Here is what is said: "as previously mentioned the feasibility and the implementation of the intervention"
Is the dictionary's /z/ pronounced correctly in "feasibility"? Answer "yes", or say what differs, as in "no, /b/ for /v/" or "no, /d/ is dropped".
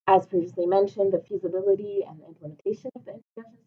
yes